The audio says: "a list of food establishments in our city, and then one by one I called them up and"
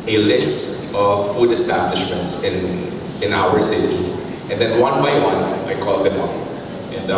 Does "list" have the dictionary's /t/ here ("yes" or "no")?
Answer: yes